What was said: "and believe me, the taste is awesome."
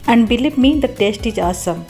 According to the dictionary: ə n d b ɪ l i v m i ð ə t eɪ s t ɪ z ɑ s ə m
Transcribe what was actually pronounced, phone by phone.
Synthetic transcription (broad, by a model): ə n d b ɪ l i p m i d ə t eɪ s t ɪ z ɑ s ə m